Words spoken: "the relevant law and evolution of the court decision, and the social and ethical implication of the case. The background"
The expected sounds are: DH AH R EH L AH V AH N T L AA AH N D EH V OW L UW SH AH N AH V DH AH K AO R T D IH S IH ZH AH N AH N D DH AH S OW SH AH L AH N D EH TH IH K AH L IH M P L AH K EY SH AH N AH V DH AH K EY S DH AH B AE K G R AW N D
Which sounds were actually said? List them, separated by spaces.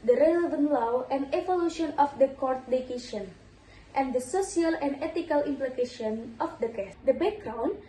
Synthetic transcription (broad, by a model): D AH R EH L AH V AH N T L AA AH N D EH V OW L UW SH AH N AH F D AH K AO R T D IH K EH SH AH N AH N D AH S OW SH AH L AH N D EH T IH K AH L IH M P L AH K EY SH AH N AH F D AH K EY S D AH B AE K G R AW N